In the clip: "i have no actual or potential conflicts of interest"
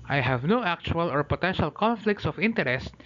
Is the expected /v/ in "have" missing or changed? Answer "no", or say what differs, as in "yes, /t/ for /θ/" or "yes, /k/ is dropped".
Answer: no